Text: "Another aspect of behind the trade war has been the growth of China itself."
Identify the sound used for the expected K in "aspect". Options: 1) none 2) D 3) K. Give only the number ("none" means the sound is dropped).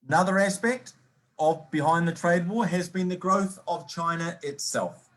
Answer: 3